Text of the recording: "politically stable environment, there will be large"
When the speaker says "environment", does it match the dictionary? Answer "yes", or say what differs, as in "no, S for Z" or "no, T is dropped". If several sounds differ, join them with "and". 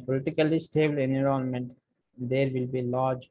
no, V is dropped